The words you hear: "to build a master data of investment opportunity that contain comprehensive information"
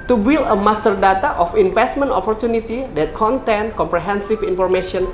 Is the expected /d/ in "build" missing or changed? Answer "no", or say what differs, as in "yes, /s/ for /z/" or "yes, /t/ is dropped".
yes, /d/ is dropped